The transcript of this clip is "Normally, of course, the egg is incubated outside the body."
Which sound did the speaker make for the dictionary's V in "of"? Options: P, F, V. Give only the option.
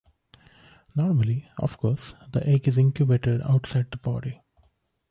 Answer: F